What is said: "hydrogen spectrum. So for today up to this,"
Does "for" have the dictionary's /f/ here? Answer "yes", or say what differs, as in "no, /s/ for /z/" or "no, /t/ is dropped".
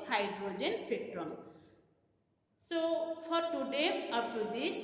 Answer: no, /p/ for /f/